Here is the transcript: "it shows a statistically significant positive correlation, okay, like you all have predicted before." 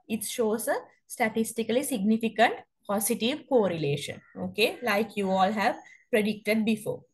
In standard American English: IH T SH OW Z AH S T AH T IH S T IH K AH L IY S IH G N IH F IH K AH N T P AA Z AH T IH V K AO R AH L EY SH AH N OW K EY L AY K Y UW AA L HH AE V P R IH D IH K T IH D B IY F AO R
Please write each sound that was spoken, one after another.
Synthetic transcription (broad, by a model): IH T SH OW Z AH S T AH T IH S T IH K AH L IY S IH G N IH F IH K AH N T P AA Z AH T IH V K AO R AH L EY SH AH N OW K EY L AY K Y UW AA L HH AE V P R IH D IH K T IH D B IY F AO R